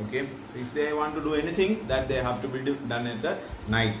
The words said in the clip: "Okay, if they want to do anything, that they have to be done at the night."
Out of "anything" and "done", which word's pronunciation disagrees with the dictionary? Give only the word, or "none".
anything